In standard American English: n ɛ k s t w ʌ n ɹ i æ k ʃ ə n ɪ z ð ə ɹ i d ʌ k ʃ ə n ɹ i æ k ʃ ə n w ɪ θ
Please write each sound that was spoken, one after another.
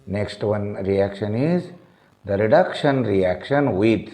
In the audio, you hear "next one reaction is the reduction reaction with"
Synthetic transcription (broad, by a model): n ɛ k s t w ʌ n ɹ i æ k ʃ ə n ɪ z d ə ɹ i d ʌ k ʃ ə n ɹ i æ k ʃ ə n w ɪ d